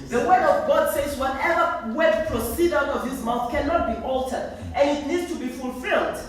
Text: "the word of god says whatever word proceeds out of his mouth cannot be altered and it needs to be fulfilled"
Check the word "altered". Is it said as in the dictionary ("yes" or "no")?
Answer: yes